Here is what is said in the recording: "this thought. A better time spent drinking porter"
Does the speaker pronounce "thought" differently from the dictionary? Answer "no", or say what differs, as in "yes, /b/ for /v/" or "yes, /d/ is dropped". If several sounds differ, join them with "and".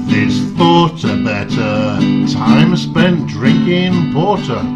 no